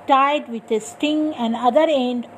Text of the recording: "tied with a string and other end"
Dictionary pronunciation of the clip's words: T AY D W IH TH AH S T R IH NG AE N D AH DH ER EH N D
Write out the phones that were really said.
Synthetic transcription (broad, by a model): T AY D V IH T AH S T IH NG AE N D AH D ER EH N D